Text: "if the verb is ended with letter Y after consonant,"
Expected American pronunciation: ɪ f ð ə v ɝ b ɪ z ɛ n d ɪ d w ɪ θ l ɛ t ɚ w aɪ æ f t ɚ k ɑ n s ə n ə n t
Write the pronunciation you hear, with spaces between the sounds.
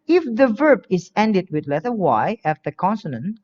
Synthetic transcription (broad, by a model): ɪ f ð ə v ɝ b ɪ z ɛ n d ɪ d w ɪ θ l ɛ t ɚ w aɪ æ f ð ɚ k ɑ n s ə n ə n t